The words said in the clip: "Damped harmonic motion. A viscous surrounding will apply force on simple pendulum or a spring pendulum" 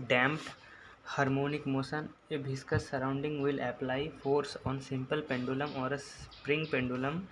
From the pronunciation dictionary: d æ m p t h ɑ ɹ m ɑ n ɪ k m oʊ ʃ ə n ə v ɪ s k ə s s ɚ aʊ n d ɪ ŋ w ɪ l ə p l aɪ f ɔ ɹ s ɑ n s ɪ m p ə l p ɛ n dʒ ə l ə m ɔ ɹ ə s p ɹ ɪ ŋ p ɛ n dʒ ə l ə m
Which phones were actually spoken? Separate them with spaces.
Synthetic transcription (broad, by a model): d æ m p h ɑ ɹ m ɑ n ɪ k m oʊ s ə n ə b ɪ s k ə s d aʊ n d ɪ ŋ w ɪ l ə p l aɪ f ɔ ɹ s ɑ n s ɪ m p ə l p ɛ n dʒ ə l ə m ɔ ɹ ə s p ɹ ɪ ŋ p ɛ n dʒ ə l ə m